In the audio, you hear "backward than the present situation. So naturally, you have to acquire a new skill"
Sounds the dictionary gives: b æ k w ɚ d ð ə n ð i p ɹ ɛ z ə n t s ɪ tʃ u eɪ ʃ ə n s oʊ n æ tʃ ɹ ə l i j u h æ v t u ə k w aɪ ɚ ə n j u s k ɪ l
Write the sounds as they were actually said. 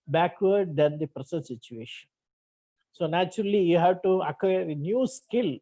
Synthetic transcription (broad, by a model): b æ k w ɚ d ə n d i p ɹ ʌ s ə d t s ɪ tʃ u eɪ ʃ ə n s oʊ n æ tʃ ɹ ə l i j u h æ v t u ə k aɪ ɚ ə n j u s k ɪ l